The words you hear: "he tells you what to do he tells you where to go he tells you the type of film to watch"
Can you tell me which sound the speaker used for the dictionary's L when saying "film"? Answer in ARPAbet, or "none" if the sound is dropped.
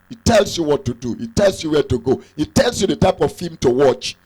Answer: none